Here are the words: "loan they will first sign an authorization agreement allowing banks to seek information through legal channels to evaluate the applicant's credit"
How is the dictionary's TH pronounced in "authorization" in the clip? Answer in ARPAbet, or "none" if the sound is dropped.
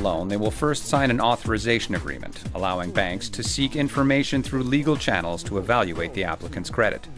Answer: TH